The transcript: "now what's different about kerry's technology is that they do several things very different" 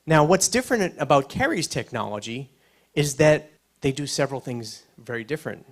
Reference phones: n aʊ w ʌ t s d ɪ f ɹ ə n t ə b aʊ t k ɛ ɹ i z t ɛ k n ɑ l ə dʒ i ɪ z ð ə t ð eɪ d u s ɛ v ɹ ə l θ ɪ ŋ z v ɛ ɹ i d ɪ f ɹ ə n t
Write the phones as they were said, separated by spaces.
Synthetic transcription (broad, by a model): n aʊ w ʌ t s d ɪ f ɹ ə n t ə b aʊ t k ɛ ɹ i z t ɛ k n ɑ l ə dʒ i ɪ z ð ə t ð eɪ d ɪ s ɛ v ɹ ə l θ ɪ ŋ z v ɛ ɹ i d ɪ f ɹ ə n t